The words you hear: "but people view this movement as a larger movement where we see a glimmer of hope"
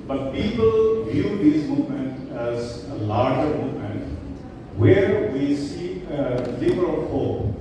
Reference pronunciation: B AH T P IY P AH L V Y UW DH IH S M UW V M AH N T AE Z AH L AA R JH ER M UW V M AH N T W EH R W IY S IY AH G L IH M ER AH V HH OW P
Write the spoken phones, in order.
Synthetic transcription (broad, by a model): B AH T P IY P AH L V Y UW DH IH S M UW V M AH N T AE Z AH L AA R JH ER M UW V M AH N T W EH R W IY S IY AH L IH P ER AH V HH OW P